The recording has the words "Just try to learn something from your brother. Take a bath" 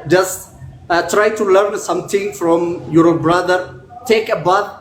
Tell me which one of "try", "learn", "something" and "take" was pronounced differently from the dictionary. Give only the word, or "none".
something